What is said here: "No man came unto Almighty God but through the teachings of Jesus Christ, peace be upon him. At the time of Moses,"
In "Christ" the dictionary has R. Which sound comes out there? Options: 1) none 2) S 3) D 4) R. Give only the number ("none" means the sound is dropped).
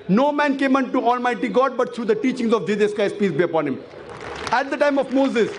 1